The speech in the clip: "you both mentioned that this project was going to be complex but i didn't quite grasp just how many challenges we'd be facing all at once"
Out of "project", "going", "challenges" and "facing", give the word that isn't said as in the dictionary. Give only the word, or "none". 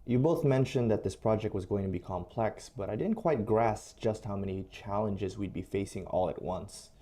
none